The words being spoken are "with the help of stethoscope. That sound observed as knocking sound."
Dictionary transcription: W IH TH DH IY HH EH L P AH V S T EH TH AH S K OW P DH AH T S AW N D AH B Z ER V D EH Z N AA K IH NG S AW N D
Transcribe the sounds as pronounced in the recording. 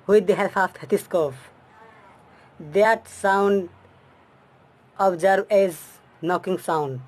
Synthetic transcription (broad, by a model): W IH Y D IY HH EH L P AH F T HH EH T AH S K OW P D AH T S AW N D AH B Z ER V EH Z N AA K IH NG S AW N D